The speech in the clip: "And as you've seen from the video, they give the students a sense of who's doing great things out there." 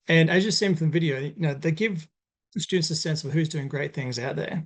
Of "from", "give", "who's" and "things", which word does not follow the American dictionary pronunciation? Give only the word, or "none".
none